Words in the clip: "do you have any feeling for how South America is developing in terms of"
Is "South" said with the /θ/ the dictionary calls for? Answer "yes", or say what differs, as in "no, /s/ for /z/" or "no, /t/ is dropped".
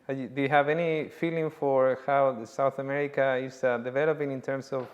yes